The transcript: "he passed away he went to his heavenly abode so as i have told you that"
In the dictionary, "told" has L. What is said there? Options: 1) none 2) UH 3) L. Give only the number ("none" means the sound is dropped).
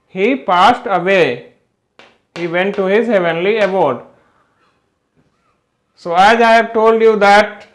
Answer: 3